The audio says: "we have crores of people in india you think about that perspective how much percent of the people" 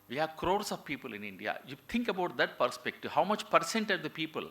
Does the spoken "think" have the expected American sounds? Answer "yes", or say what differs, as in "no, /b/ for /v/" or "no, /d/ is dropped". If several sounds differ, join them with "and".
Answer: no, /t/ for /θ/